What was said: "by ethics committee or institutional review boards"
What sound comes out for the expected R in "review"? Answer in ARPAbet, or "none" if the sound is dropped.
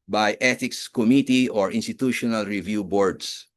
R